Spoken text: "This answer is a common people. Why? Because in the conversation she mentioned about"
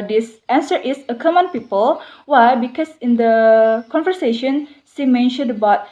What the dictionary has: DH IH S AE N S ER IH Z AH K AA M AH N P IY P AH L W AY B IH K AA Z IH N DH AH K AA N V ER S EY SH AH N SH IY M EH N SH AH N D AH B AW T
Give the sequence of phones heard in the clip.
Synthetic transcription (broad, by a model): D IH S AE N S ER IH S AH K AA M AH N P IY P AH L W AY B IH K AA S IH N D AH K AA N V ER S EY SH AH N S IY M EH N SH AH N D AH B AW T